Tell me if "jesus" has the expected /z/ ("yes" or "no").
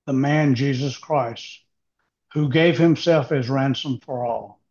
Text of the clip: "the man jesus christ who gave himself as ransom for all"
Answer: yes